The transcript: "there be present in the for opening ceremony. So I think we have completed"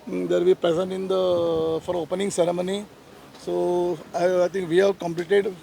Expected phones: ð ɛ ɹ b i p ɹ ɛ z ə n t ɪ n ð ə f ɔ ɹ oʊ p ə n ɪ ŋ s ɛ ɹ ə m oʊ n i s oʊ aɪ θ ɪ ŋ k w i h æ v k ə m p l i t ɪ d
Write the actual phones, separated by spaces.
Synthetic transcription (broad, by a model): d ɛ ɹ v i p ɹ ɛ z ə n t ɪ n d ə f ɔ ɹ oʊ p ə n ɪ ŋ s ɛ ɹ ə m oʊ n i s oʊ aɪ t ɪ ŋ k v i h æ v k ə m p l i t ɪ d